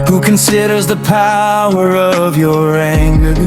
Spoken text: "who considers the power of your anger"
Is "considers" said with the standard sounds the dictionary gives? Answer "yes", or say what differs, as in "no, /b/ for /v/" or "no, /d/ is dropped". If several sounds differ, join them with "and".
yes